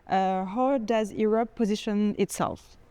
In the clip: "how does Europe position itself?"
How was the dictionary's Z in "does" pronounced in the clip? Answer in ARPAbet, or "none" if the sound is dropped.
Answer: Z